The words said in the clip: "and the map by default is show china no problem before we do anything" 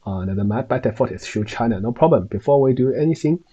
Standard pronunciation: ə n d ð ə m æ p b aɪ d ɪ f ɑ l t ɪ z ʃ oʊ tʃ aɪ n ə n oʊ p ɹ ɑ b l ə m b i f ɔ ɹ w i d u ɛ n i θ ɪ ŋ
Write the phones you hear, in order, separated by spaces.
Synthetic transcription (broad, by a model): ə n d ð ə m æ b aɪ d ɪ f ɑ t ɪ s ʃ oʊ tʃ aɪ n ə n oʊ p ɹ ɑ b l ə m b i f ɔ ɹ w i d u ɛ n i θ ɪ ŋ